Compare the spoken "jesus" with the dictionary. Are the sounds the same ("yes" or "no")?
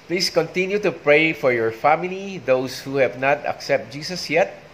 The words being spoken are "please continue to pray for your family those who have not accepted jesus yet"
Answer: no